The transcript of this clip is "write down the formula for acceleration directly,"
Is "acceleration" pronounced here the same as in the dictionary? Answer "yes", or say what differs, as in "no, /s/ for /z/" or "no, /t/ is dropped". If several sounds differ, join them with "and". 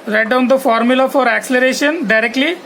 yes